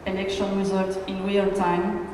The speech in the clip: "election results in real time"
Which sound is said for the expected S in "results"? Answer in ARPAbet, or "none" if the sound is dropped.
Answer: none